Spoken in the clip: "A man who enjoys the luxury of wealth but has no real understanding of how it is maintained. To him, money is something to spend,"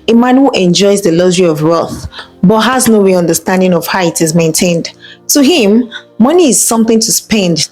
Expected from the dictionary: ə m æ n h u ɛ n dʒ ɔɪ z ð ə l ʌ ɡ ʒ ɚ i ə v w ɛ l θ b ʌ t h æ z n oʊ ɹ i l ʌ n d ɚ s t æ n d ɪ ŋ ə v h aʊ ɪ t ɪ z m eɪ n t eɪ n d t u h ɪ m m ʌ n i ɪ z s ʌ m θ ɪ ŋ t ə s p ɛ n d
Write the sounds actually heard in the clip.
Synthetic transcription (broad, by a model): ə m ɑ n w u ɛ n dʒ ɔɪ z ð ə l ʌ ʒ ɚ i ə v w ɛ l θ b ʌ t h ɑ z n oʊ ɹ i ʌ n d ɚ s t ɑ n d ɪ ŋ ə v h aʊ ɪ t ɪ z m eɪ n t eɪ n d t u h ɪ m m ʌ n i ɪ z s ʌ m θ ɪ ŋ t ə s p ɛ n d